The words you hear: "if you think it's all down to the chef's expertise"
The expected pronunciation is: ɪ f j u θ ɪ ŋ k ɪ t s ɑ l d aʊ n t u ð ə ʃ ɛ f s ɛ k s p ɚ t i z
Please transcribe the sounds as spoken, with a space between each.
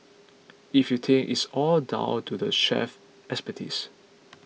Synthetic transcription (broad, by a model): ɪ f j u t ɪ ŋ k ɪ t s ɑ l d aʊ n t u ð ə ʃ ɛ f ɛ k s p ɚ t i s